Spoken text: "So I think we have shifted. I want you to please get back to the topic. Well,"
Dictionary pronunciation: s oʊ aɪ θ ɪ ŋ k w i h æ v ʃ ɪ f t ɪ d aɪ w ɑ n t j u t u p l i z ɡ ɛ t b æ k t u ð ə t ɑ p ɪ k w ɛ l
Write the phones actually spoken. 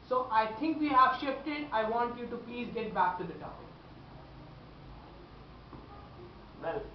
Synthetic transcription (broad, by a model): s oʊ aɪ t ɪ ŋ k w i h æ v ʃ ɪ f t ɪ d aɪ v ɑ n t j u t u p l i z ɡ ɛ t b æ k t u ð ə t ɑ ɪ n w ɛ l